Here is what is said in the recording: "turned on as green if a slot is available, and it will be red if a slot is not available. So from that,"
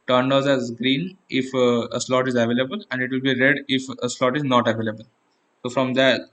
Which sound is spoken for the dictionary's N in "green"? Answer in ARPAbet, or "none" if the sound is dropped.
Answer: N